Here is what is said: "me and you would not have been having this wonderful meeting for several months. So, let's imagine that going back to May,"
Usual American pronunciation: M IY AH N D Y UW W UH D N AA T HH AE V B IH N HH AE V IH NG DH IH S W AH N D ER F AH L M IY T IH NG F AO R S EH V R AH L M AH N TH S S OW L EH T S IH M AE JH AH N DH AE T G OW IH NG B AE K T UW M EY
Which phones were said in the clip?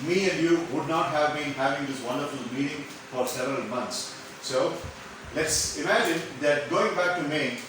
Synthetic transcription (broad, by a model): M IY AH N D Y UW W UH D N AA T HH AE V B IH N HH AE V IH NG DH IH S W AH N D ER F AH L M IY T IH NG F AO R S EH V R AH L M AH N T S S OW L EH T S IH M AE JH AH N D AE T G OW IH NG B AE K T UW M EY